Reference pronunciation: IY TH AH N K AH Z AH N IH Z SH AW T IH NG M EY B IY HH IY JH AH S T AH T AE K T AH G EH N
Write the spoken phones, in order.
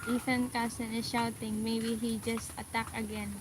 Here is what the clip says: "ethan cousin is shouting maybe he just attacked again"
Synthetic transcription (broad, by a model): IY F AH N K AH S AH N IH SH AW T IH NG M EY B IY HH IY JH AH S T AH T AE K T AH G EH N